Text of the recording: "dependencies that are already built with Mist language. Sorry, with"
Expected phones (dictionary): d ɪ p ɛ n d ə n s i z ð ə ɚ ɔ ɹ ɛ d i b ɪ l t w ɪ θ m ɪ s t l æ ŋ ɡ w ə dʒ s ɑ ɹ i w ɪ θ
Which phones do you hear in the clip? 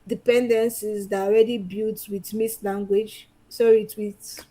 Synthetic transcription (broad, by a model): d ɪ p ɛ n d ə n s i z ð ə ɔ ɹ ɛ d i b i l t w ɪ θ m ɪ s l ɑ ŋ ɡ w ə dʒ s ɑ i w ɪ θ